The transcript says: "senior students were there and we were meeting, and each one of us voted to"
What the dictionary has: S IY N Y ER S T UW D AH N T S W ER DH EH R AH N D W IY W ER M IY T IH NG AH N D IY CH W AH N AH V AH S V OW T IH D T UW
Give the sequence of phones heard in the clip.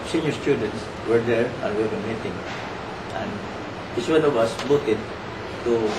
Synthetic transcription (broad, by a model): S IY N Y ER S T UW D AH N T S W ER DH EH R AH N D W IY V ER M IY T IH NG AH N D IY S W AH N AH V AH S B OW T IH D T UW